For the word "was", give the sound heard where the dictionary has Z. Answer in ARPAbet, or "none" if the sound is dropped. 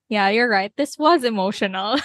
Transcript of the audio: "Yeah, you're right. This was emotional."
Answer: Z